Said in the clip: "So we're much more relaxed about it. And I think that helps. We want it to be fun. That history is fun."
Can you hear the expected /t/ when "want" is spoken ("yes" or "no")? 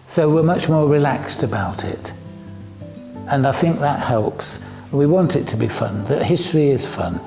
yes